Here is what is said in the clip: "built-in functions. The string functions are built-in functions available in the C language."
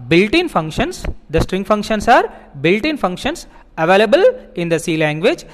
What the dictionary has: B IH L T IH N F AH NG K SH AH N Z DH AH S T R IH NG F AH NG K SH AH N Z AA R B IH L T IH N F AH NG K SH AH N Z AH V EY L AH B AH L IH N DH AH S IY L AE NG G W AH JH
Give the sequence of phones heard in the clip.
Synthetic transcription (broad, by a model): B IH L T IH N F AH NG K SH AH N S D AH S T R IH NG F AH NG K SH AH N S AA R B IH L T IH N F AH NG K SH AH N S AH V EY L AH B AH L IH N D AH S IY L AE NG G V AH JH